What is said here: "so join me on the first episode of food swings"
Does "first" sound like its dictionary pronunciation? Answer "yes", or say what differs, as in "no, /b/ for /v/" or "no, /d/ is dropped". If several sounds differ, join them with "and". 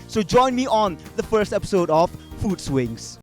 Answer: yes